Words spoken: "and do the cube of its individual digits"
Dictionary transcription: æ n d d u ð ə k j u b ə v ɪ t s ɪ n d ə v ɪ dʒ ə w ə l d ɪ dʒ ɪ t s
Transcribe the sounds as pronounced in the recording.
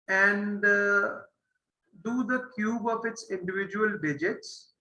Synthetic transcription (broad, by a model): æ n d d u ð ə k j u b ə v ɪ t s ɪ n d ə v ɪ dʒ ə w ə l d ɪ dʒ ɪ t s